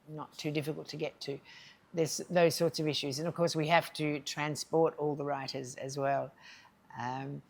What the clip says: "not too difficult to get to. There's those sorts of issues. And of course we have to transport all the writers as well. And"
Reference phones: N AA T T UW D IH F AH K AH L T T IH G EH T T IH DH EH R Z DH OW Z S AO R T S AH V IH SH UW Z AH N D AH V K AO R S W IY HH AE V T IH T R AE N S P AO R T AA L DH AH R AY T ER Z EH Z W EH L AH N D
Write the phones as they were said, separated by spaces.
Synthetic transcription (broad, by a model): N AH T T UW D IH F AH K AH L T T IH G EH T T IH DH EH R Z DH OW Z S AO R T S AH V IH SH UW Z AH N AH V K AO R S W IY HH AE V T IH T R AE N S P AO R T AA L DH AH R AY T ER Z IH Z W EH L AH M